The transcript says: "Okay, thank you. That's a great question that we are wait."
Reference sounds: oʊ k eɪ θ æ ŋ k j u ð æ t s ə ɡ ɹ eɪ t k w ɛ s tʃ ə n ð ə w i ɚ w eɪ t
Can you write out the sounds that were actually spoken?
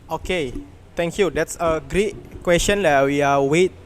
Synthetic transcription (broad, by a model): oʊ k eɪ t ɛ ŋ k j u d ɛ t s ə ɡ ɹ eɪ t k w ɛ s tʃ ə n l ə w i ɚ w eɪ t